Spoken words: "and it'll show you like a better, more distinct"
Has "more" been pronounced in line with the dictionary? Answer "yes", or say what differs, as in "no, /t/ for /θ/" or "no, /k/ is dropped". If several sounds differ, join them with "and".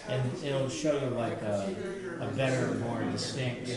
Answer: yes